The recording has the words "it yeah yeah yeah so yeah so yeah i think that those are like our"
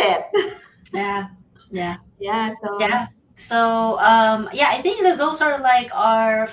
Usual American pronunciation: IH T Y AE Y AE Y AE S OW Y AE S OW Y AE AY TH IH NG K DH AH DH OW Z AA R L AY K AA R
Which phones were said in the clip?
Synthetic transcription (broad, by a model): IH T Y AE Y AE Y AE S OW Y AE S OW Y AE AY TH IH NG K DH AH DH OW S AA R L AY K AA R